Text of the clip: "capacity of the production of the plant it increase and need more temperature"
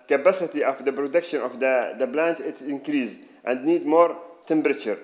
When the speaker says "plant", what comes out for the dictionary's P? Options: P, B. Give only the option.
B